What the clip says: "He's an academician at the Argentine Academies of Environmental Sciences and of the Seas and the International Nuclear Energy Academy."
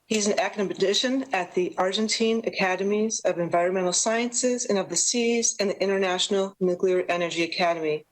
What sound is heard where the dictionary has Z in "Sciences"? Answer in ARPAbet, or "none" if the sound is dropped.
Z